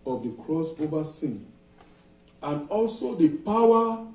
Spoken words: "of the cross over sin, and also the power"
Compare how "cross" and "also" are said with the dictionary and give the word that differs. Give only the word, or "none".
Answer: none